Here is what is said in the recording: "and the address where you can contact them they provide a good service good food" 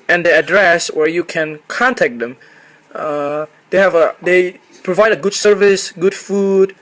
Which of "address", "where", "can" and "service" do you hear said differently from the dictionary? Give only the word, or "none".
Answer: none